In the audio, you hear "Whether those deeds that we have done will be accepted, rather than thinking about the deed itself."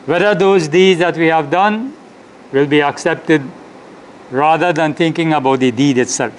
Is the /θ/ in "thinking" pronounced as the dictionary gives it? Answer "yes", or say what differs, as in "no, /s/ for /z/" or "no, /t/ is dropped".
no, /t/ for /θ/